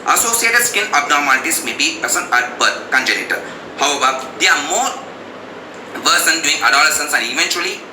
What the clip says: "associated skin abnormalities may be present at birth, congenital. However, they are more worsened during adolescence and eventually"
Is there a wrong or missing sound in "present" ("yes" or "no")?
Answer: yes